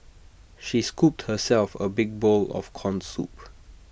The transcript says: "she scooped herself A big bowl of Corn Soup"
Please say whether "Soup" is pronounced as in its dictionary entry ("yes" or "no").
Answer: yes